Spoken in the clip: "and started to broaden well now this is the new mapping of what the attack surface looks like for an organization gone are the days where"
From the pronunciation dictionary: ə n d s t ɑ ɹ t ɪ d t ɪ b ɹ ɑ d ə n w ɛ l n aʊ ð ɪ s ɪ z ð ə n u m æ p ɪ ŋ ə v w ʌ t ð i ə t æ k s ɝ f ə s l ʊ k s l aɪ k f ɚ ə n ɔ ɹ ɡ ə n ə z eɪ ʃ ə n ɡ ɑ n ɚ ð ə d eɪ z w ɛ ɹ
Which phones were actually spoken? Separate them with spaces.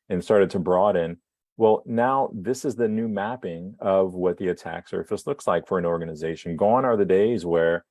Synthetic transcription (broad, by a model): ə n s t ɑ ɹ t ɪ d t ɪ b ɹ ɑ d ə n w ɛ l n aʊ ð ɪ s ɪ z ð ə n u m æ p ɪ ŋ ə v w ʌ t ð i ə t æ k s ɝ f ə s l ʊ k s l aɪ k f ɚ ə n ɔ ɹ ɡ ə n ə z eɪ ʃ n ɡ ɑ n ɚ ð ə d eɪ z w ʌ ɹ